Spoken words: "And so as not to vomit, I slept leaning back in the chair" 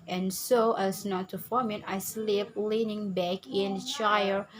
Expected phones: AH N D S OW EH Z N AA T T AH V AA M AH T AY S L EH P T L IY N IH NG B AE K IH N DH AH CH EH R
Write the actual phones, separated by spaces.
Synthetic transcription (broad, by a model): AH N S OW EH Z N AA T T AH F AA M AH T AY S L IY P L IY N IH NG B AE K IH N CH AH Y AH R